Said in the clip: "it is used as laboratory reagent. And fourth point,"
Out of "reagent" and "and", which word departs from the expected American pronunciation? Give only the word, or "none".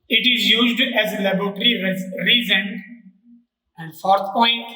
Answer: reagent